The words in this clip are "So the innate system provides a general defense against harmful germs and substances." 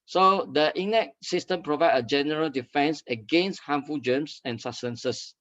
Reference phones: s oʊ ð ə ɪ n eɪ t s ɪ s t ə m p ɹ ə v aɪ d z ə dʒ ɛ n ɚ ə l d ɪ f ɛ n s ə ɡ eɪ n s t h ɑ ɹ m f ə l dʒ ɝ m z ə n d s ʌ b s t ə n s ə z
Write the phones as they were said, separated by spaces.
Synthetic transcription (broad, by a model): s oʊ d ə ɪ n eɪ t s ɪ s t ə m p ɹ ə v aɪ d ə dʒ ɛ n ɚ ə l d ɪ f ɛ n s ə ɡ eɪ n s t h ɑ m f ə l dʒ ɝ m s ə n s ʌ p s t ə n s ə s